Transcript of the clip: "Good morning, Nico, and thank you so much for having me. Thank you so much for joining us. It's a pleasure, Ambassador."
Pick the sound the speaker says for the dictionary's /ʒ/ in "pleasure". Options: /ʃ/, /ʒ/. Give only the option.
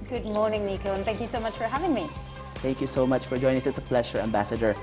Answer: /ʃ/